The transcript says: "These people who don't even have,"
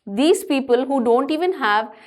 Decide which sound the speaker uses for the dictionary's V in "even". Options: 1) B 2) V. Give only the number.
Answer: 2